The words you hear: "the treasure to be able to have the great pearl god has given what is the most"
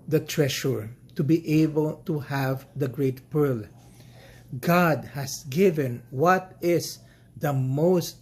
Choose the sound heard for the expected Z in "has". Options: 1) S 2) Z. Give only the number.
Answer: 1